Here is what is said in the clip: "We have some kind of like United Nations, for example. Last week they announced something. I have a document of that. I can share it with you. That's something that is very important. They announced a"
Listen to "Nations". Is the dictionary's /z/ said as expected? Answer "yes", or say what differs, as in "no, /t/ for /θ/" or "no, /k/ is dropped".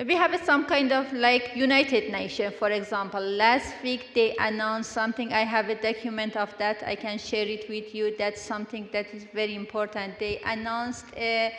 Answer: no, /z/ is dropped